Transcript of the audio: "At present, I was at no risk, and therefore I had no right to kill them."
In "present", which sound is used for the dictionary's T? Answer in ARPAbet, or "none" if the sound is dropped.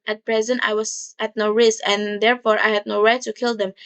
T